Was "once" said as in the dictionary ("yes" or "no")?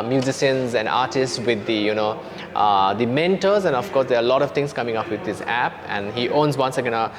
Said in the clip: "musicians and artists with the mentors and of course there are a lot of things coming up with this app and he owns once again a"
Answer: yes